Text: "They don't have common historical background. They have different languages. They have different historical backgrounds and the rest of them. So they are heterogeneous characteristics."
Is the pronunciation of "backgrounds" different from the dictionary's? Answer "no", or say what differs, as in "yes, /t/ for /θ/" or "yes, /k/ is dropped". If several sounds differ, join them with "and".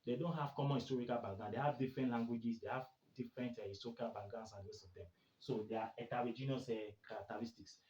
yes, /k/ is dropped and /ɹ/ is dropped